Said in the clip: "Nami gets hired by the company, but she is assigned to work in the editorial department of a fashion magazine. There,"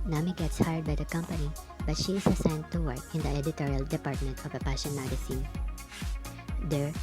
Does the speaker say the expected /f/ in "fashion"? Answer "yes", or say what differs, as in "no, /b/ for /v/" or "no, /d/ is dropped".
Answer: no, /p/ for /f/